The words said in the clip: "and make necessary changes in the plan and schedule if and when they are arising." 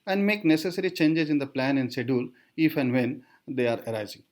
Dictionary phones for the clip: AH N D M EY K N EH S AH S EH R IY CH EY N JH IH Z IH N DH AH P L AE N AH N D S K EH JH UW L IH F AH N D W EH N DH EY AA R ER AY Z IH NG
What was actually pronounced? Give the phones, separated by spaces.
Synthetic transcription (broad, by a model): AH N D M EY K N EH S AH S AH R IY CH EY N JH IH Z IH N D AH P L AE N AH N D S EH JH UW L IH F AH N D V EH N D EY AA R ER AY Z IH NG